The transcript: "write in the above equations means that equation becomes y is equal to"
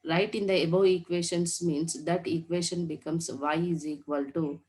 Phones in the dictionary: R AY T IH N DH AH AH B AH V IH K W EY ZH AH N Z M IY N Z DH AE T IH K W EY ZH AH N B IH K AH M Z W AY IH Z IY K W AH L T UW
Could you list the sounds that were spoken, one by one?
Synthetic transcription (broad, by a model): R AY T IH N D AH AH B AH IH K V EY SH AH N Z M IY N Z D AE T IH K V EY SH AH N B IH K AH M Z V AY IH Z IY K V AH L T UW